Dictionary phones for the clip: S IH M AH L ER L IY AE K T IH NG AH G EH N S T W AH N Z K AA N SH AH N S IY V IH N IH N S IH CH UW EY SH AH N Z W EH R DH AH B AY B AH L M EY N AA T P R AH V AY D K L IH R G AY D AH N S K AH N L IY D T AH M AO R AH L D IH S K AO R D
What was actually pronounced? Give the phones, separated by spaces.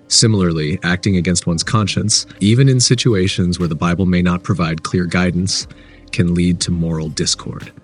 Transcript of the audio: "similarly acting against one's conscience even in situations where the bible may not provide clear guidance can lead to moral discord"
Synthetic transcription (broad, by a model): S IH M L ER L IY AE K T IH NG AH G EH N S T W AH N Z K AA N SH AH N S IY V IH N IH N S IH CH UW EY SH AH N Z W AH R DH AH B AY B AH L M EY N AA T P R AH V AY D K L IH R G AY D N S K AH N L IY D T AH M AO R L D IH S K AO R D